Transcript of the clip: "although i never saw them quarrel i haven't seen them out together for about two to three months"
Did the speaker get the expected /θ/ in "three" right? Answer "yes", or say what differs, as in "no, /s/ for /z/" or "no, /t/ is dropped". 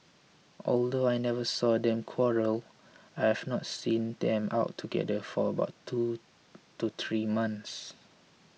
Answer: no, /t/ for /θ/